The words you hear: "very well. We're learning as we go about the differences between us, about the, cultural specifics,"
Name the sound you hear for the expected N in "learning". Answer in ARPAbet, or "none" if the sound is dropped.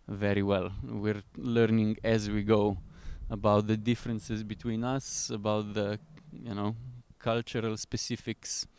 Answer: N